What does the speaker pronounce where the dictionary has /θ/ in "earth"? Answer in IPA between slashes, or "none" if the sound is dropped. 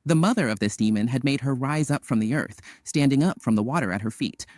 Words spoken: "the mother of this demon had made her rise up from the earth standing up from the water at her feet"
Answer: /θ/